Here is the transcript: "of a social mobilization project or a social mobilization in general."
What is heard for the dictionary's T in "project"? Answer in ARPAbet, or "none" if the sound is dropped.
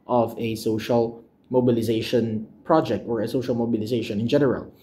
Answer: T